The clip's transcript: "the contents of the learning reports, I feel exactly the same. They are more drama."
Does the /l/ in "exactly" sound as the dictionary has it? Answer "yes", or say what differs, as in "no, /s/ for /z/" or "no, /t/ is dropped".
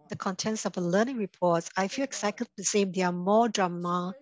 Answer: no, /l/ is dropped